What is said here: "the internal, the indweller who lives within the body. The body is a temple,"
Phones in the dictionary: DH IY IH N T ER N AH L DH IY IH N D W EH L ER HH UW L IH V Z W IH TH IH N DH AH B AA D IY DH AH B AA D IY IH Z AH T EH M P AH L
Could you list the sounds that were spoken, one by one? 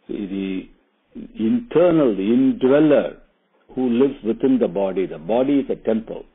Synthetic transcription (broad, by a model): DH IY IH N T ER N AH L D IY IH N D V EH L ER HH UW L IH V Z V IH T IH N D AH B AA D IY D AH B AA D IY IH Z AH T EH M P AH L